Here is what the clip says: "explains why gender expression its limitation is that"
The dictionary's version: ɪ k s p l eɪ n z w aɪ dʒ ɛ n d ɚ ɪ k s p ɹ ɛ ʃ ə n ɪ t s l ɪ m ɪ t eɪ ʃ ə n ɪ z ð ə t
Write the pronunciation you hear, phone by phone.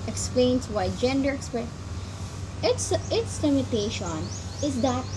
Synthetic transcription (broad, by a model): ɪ k s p l eɪ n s w aɪ dʒ ɛ n d ɚ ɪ k s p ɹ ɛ ə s ɪ t s l ɪ m ɪ t eɪ ʃ ə n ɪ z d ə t